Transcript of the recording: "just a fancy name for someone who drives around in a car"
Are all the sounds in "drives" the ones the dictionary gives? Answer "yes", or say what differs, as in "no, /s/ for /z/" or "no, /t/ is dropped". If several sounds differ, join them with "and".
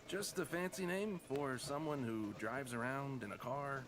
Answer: yes